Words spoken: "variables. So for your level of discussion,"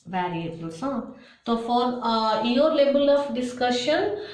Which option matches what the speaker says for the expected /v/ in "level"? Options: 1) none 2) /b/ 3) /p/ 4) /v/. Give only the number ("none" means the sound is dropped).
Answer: 2